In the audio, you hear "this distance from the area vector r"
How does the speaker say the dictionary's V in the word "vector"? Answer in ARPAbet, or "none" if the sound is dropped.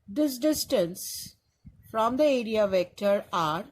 V